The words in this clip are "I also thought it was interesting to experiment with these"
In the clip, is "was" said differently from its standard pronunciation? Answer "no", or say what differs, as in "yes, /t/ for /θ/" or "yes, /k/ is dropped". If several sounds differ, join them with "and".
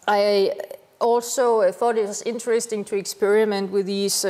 yes, /s/ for /z/